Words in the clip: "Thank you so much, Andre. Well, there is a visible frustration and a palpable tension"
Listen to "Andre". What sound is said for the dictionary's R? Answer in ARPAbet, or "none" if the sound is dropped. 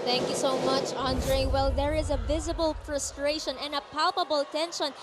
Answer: R